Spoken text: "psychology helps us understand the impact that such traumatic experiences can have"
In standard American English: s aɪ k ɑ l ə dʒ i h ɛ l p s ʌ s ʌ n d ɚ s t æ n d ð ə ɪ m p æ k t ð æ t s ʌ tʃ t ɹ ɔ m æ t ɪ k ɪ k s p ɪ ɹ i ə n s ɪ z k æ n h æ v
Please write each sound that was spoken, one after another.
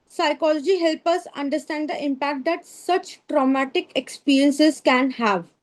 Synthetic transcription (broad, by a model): s aɪ k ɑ l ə dʒ i h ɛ l p ʌ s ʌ n d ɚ s t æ n d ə ɪ m p æ k t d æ t s ʌ tʃ t ɹ ɔ m æ t ɪ k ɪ k s p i ɹ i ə n s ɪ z k æ n h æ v